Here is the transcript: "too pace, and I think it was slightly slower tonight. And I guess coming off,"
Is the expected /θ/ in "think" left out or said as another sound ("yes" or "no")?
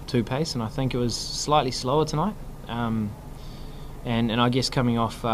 no